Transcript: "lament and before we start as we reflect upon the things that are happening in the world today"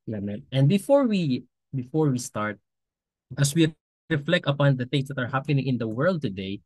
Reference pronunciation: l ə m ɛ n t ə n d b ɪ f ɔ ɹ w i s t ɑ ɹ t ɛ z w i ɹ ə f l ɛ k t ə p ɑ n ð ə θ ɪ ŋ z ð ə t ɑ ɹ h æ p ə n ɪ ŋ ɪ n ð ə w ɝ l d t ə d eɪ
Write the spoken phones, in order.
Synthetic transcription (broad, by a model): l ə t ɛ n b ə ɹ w b ɪ f ɔ ɹ w i s t ɑ ɹ t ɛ s w i ɹ ə f l ɛ k t ə p ɑ n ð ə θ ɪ ŋ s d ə t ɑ ɹ h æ p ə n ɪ ŋ ɪ n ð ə w ɝ l d t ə d eɪ